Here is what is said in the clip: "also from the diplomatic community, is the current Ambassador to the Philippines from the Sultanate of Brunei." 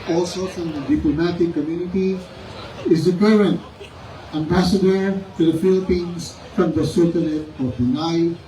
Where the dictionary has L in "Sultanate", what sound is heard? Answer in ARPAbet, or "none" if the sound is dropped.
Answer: none